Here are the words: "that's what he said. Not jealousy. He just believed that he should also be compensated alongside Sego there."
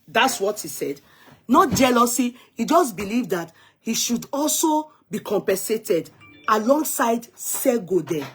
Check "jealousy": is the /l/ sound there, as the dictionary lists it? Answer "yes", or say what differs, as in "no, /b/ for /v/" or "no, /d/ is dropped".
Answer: yes